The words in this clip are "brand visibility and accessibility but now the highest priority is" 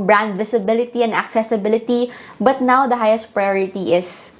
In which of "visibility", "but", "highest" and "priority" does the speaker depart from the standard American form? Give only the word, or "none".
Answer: visibility